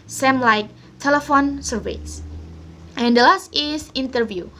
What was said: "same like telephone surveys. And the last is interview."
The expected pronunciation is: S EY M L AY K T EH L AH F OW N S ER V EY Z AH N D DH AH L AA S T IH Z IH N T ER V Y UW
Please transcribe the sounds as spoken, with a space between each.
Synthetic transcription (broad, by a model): S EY M L AY K T EH L AH F OW N S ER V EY S AH N D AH L AA S T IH S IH N T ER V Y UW